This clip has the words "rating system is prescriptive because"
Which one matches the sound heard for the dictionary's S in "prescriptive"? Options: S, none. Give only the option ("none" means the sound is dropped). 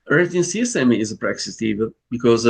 none